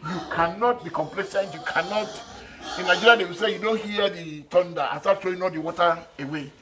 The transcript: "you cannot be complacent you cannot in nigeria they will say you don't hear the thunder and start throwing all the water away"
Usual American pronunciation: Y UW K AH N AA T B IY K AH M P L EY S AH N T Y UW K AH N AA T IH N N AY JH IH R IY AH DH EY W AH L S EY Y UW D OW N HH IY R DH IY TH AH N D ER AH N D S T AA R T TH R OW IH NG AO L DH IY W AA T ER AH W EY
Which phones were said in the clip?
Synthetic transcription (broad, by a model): Y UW K AH N AA T B IY K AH M P L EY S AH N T Y UW K AH N AA T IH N N AY JH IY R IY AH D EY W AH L S EY Y UW D OW N HH IY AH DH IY T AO N D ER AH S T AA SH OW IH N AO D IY W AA T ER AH W EY